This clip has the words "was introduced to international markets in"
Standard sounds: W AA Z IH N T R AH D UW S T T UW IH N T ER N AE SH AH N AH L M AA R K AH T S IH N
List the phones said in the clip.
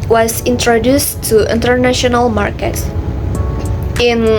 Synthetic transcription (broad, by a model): W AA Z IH N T R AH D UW S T T UW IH N T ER N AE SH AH N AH L M AA R K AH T IH N